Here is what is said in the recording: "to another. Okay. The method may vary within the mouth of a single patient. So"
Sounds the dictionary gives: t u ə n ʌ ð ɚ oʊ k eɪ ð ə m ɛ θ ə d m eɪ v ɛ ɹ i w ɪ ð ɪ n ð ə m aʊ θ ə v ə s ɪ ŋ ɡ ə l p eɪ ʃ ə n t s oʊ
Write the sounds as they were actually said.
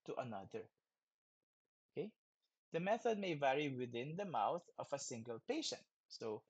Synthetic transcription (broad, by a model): t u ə n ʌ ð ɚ oʊ k eɪ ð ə m ɛ θ ə d m eɪ v ɛ ɹ i w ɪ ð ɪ n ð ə m aʊ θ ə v ə s ɪ ŋ ɡ ə l p eɪ ʃ ə n t s oʊ